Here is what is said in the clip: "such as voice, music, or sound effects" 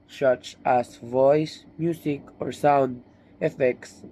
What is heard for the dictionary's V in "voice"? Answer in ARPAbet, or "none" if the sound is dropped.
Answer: V